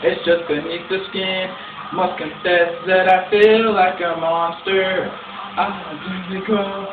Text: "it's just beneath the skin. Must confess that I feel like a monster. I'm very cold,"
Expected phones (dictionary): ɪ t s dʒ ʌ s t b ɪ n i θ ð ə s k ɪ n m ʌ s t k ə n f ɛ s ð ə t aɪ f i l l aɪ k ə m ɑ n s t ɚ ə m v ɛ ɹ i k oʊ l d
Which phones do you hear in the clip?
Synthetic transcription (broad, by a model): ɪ t s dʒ ʌ s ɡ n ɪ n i t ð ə s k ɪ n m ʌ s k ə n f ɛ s ð ə t aɪ f i l l aɪ k ə m ɑ n s t ɚ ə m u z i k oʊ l